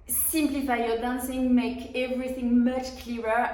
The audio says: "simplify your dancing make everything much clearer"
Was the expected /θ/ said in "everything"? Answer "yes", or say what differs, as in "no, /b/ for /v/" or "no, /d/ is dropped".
yes